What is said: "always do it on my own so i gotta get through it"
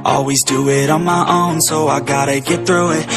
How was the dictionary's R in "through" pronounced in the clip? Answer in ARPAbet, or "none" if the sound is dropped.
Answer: R